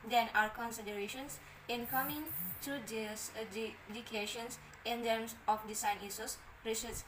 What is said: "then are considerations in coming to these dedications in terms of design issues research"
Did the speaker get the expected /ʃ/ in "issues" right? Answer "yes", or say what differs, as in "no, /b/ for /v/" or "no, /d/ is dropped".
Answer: no, /s/ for /ʃ/